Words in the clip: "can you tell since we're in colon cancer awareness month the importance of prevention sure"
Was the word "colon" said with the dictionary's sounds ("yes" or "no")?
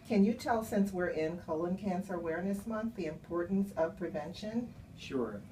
yes